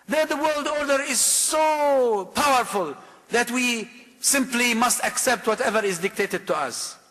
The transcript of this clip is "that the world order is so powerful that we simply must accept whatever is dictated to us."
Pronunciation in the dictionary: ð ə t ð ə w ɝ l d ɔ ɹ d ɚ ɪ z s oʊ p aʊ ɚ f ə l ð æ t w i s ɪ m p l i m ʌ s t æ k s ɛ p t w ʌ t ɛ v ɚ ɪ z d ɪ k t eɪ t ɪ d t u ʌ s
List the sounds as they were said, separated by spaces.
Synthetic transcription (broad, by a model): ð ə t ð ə w ɝ l d ɔ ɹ d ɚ ɪ z s oʊ p aʊ ɚ f ə l ð æ t w i s ɪ m p l i m ʌ s t æ k s ɛ p t w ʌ t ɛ v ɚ ɪ z d ɪ k t eɪ t ɪ d t u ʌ s